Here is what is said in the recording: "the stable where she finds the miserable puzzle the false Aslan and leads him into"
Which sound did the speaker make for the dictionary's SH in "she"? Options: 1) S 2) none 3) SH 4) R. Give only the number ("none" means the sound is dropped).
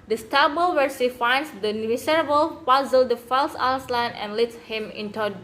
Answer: 1